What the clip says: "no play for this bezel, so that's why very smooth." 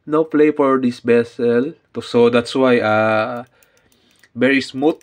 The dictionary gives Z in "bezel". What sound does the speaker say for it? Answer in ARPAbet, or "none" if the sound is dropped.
S